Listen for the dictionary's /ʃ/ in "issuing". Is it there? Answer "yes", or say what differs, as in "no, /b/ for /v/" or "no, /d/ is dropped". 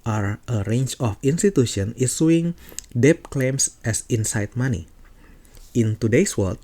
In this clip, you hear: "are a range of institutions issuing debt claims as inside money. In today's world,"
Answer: no, /s/ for /ʃ/